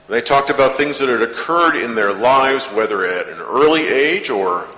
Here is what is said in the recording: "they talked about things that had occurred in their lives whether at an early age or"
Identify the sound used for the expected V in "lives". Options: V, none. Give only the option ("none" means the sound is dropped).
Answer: V